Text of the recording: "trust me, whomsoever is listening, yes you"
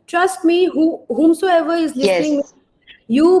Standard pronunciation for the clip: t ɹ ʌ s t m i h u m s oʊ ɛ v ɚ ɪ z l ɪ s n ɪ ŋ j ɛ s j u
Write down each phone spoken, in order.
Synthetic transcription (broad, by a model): t ɹ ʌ s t m i h u m s oʊ ɛ v ɚ ɪ z l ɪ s ɪ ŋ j j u